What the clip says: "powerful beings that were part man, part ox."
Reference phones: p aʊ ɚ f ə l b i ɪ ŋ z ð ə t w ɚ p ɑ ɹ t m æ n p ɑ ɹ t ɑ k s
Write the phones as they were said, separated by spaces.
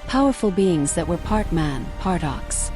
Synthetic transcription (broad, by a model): p aʊ ɚ f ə l b i ɪ ŋ z ð ə t w ɚ p ɑ ɹ t m æ n p ɑ ɹ t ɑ k s